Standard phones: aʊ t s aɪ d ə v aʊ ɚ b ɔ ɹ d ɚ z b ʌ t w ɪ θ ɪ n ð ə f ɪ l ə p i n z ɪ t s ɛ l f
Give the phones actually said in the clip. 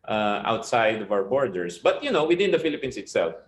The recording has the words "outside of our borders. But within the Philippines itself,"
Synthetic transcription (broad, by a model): aʊ t s aɪ d ə v aʊ ɚ b ɔ ɹ d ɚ s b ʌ t w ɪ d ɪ n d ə f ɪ l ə p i n s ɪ t s ɛ l f